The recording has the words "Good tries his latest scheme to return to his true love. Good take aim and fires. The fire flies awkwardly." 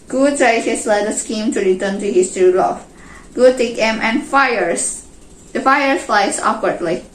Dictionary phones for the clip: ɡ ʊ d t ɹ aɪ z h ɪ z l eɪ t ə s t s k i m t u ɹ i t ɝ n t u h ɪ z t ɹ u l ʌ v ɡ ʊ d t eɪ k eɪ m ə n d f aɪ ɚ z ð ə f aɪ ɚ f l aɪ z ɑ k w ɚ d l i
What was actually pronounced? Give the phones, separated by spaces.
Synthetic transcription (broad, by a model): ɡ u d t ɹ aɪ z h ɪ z l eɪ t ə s s k i m t u ɹ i t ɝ n t u h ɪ s t ɹ u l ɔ f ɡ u t eɪ k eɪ m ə n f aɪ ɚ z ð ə f aɪ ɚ f l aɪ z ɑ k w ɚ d l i